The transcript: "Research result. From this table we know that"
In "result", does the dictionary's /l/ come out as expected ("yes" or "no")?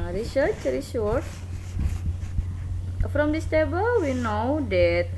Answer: no